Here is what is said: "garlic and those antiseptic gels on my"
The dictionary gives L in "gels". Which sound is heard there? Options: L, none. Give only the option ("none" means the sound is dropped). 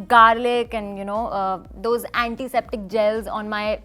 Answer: L